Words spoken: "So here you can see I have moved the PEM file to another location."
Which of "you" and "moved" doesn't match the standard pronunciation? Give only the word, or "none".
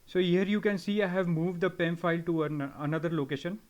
none